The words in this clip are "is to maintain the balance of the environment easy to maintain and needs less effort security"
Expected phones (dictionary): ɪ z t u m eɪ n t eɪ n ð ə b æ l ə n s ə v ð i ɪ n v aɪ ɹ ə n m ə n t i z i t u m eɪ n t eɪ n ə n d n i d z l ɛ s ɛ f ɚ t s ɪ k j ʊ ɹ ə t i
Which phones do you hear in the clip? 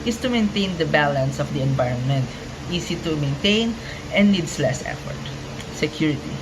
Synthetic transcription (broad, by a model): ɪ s t u m eɪ n t eɪ n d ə b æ l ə n s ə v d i ɪ n v aɪ ɹ ə n m ə n t i s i t u m eɪ n t eɪ n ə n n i d s l ɛ s ɛ f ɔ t s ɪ k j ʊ ɹ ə t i